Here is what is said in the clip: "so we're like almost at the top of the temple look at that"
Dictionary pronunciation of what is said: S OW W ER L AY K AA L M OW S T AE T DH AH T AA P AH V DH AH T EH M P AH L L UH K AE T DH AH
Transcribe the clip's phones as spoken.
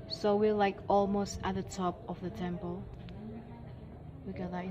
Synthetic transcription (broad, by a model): S OW W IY L AY K AA L M OW S T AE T DH AH T AA P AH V DH AH T EH M P AH L W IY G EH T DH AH